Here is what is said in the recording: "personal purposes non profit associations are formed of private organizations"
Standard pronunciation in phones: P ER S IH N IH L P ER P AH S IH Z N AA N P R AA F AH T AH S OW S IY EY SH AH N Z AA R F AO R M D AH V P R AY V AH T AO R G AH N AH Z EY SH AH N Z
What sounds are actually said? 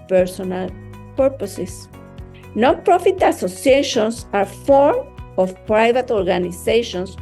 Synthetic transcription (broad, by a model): P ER S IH N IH L P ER P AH S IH S N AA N P R AA F AH T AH S OW S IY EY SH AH N S AA R F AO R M AH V P R AY V AH T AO R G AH N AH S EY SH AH N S